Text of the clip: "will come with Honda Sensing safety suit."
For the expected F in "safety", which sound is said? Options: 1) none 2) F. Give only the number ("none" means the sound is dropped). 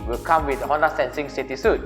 1